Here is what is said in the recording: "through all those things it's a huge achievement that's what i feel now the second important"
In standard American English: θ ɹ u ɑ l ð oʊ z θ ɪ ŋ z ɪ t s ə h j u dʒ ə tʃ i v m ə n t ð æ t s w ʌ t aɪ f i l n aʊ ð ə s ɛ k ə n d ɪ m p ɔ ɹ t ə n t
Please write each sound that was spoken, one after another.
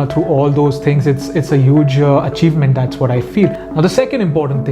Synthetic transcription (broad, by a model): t ɹ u ɑ l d oʊ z t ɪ ŋ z ɪ t s ə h j u dʒ ə tʃ i v m ə n t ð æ t s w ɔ t aɪ f i l n aʊ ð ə s ɛ k ə n d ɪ m p ɔ ɹ t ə n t